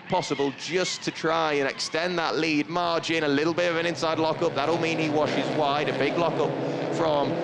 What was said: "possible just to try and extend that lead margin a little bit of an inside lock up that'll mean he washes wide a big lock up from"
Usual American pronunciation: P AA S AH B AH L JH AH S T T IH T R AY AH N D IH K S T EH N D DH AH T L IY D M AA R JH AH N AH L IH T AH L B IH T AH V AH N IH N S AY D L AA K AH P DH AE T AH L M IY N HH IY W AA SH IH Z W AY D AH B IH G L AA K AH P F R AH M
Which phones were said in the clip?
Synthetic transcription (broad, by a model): P AA S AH B AH L JH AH S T T IH T R AY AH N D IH K S T EH N DH AH T L IY D M AA R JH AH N AH L IH T L B IH T AH V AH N IH N S AY D L AA K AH P DH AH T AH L M IY N IY W AA SH IH Z W AY D AH B IH G L AA K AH P F R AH M